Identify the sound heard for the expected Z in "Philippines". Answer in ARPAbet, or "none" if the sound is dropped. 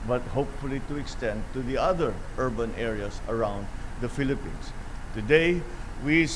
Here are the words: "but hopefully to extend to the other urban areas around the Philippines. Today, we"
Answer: S